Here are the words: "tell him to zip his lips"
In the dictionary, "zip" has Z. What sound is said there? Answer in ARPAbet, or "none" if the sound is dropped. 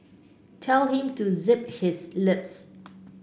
Z